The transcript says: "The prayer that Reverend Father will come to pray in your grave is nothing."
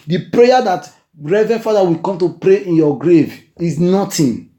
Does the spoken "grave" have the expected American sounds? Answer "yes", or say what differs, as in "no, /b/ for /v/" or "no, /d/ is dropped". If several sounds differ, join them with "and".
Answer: yes